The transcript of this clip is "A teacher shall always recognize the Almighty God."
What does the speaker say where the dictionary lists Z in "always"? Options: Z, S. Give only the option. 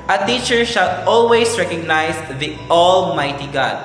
S